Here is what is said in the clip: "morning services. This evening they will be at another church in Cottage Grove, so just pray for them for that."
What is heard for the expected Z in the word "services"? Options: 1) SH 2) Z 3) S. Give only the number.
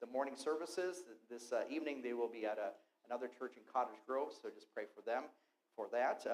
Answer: 2